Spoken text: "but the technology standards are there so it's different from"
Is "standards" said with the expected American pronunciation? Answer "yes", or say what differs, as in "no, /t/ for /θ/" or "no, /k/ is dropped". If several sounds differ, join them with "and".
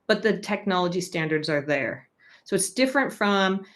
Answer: yes